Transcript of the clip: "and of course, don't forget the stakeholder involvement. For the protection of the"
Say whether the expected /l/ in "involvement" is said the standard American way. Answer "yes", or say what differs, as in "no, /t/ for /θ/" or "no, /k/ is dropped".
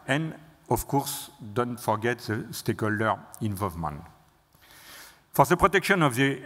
yes